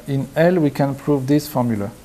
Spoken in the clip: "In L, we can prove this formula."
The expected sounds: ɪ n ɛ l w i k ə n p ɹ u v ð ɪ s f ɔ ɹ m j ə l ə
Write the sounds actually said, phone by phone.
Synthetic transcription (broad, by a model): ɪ n ɛ l w i k ə n p ɹ u v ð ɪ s f ɔ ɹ m j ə l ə